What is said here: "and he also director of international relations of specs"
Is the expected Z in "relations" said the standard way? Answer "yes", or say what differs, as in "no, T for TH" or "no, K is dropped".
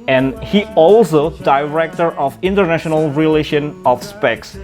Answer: no, Z is dropped